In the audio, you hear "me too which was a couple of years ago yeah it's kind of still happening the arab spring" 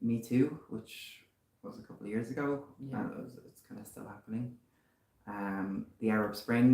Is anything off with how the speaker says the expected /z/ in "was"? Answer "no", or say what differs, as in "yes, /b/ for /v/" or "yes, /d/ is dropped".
no